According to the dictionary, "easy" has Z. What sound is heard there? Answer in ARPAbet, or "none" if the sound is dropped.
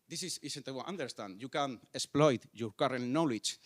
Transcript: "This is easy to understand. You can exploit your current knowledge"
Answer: S